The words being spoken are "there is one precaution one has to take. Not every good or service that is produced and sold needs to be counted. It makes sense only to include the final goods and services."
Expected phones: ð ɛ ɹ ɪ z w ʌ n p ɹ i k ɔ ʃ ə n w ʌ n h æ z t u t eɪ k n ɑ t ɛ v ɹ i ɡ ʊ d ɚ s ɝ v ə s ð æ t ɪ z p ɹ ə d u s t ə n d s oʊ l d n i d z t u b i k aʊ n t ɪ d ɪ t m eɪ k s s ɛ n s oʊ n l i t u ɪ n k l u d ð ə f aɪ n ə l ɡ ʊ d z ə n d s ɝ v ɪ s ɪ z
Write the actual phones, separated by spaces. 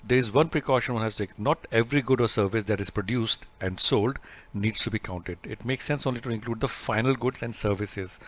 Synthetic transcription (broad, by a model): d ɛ ɹ ɪ z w ʌ n p ɹ i k ɔ ʃ ə n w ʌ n h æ s t u t eɪ k n ɑ t ɛ v ɹ i ɡ ʊ d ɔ s ɝ v ə s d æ t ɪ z p ɹ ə d u s t ə n d s oʊ l d n i d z t u b i k aʊ n t ɪ d ɪ t m eɪ k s s ɛ n s oʊ n l i t u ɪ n k l u d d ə f aɪ n ə l ɡ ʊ d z ə n d s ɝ v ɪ s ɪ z